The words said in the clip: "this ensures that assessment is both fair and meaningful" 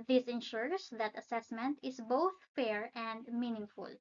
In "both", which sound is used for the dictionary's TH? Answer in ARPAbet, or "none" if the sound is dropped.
TH